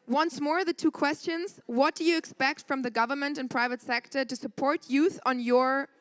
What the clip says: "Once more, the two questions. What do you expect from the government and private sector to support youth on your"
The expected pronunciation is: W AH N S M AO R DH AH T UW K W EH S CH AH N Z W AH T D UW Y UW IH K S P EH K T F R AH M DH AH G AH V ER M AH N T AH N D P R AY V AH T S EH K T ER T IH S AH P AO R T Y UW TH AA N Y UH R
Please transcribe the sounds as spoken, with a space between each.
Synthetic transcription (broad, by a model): W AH N S M AO R DH AH T UW K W EH S CH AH N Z W AH T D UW Y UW IH K S P EH K T F R AH M DH AH G AH V ER M AH N T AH N P R AY V AH T S EH K T ER T IH S AH P AO R T Y UW TH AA N Y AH R